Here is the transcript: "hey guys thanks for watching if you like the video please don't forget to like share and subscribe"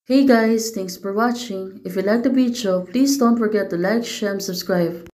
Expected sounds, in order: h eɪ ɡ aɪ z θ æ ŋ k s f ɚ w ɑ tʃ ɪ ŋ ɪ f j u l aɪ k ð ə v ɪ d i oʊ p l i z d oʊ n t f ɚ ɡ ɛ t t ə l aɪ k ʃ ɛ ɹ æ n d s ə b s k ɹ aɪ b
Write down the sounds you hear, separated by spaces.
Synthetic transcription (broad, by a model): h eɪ ɡ aɪ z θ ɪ ŋ k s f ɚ w ɑ tʃ ɪ ŋ ɪ f j u l aɪ k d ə b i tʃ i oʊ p l i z d oʊ n t f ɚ ɡ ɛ t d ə l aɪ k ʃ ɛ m s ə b s k ɹ aɪ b